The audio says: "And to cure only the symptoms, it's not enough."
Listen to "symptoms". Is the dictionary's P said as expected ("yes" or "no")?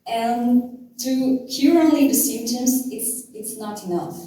no